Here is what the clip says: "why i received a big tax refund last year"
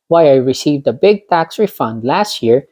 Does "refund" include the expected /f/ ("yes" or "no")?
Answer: yes